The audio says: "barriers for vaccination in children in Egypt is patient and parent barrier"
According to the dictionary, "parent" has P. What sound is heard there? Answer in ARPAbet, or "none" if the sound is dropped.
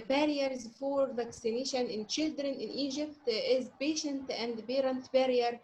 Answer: B